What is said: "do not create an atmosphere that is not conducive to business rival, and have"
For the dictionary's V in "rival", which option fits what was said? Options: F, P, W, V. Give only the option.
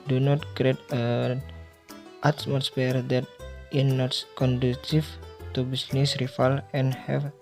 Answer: F